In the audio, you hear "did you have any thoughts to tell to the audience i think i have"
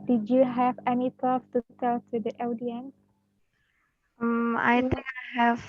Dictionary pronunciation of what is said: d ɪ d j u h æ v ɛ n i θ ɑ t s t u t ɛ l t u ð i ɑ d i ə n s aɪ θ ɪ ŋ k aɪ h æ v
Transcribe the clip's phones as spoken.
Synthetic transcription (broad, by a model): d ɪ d j u h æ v ɛ n i t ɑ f t u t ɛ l t u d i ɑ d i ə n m aɪ t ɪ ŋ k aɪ h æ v